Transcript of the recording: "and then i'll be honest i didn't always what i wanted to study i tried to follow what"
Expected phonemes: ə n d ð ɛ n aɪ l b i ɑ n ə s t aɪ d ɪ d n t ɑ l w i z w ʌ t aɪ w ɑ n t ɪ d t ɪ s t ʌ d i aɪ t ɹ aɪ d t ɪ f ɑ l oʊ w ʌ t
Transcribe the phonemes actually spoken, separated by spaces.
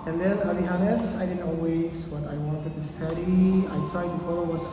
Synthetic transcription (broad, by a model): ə n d ð ɛ n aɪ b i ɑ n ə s aɪ d ɪ d n t ɑ l w i z w ʌ t aɪ w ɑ n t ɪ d t ɪ s t ʌ d i aɪ t ɹ aɪ d t ɪ f ɑ l oʊ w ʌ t